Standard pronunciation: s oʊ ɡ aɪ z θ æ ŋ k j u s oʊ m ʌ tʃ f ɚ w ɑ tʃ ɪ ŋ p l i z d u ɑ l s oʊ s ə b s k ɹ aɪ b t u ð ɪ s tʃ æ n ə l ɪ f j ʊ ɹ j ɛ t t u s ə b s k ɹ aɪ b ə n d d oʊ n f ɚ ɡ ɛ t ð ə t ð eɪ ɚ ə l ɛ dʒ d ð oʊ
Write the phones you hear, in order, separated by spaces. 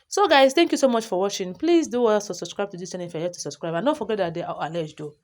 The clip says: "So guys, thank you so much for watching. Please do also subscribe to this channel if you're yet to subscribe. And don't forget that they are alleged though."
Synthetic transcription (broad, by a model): s oʊ ɡ aɪ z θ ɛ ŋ k j u s oʊ m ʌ tʃ f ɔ w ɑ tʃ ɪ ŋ p l i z d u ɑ s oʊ s ə b s k ɹ aɪ b t u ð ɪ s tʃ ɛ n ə ɪ f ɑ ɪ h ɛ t t u s ə b s k ɹ aɪ b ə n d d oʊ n f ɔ ɡ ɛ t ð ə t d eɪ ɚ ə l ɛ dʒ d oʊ